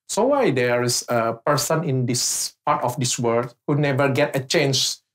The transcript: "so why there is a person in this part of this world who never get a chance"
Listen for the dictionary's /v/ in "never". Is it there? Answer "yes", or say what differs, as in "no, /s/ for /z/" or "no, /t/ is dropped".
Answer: yes